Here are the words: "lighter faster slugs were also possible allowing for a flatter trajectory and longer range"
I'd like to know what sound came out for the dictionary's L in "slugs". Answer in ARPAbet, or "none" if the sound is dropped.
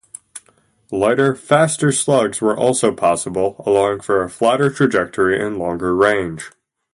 L